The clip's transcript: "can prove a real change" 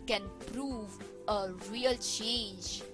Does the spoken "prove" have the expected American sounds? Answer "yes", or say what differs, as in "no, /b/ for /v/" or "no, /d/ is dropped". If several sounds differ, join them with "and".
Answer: yes